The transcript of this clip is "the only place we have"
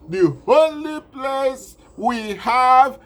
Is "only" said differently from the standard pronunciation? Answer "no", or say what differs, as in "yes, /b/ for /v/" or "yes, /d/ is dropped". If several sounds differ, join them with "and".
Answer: yes, /n/ is dropped